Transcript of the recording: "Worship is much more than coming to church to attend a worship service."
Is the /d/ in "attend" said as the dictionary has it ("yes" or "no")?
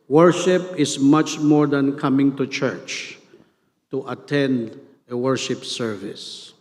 yes